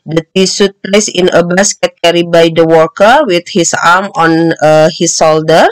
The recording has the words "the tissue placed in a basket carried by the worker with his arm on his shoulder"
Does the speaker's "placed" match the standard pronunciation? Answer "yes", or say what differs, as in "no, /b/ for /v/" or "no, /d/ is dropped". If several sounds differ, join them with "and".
no, /t/ is dropped